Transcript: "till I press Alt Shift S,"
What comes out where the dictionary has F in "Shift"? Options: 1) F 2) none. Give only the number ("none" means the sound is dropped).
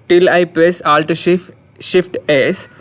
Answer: 1